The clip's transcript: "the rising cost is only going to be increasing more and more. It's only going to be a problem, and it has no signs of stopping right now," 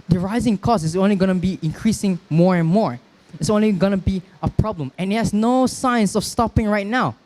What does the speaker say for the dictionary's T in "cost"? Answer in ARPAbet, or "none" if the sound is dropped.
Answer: none